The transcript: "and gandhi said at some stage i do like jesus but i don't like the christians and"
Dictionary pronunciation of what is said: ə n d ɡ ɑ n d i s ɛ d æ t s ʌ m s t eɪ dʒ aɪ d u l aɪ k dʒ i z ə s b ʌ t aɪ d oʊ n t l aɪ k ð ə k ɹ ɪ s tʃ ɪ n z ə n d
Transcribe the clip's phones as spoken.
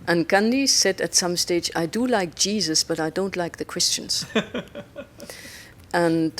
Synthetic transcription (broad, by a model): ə n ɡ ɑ n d i s ɛ d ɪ t s ʌ m s t eɪ dʒ aɪ d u l aɪ k dʒ i z ə s b ʌ t aɪ d oʊ n t l aɪ k ð ə k ɹ ɪ s tʃ ɪ n z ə n